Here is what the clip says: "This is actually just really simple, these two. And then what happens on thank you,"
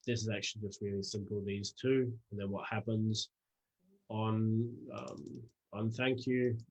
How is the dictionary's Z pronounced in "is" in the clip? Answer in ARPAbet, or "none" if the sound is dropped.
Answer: Z